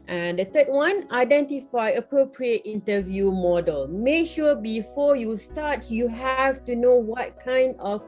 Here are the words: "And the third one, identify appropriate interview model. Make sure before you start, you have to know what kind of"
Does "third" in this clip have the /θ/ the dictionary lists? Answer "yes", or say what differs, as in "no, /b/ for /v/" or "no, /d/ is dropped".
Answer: no, /t/ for /θ/